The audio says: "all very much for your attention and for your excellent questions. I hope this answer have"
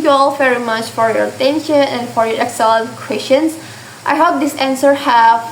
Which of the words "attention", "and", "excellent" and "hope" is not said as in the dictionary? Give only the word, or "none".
excellent